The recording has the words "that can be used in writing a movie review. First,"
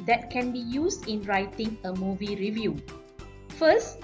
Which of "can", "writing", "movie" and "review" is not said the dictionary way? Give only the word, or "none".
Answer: none